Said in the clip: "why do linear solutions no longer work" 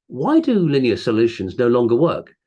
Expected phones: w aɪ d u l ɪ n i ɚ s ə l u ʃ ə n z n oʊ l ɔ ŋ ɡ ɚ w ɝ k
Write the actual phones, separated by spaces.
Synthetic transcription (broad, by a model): w aɪ d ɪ l ɪ n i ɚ s ə l u ʃ ə n z n oʊ l ɔ ŋ ɡ ɚ w ɝ k